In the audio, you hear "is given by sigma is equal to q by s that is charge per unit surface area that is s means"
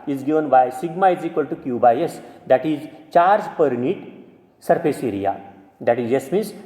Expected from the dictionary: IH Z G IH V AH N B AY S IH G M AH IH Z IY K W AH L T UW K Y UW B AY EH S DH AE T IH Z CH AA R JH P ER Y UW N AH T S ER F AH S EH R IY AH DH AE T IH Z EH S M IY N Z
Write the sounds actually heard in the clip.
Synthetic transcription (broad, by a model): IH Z G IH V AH N B AY S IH G M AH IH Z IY K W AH L T UW K Y UW B AY EH S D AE T IH Z CH AA R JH P ER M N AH T S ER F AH S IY R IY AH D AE T IH Z EH S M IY N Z